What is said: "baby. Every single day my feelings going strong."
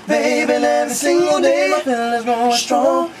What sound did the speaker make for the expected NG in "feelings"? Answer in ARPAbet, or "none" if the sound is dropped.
none